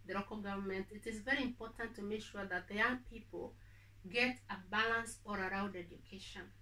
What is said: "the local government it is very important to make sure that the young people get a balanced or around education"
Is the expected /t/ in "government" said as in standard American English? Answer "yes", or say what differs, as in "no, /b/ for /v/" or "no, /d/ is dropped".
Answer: yes